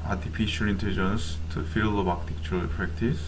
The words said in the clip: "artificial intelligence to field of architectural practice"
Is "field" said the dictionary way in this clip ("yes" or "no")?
no